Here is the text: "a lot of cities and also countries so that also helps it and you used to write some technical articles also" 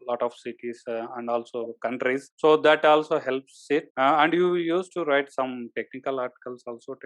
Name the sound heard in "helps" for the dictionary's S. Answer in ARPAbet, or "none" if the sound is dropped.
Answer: S